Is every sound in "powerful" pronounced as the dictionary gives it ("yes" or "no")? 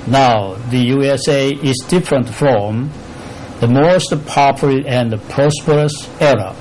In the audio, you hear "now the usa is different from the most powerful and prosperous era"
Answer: no